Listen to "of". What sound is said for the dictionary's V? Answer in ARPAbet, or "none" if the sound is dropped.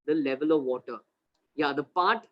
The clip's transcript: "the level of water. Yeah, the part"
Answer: V